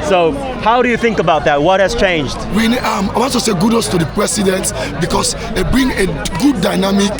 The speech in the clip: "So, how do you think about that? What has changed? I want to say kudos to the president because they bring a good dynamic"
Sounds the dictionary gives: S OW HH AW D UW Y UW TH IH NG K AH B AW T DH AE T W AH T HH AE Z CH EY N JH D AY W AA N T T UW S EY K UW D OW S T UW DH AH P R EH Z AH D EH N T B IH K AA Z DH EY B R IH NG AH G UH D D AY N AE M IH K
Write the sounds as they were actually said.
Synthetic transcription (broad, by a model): S OW HH AW D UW Y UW TH IH NG K AH B AW T DH AE T W AH T HH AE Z CH EY N JH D AY W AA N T T UW S EY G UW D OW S T UW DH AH P R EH S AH D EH N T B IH K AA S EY B R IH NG AH G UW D D AY N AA M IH K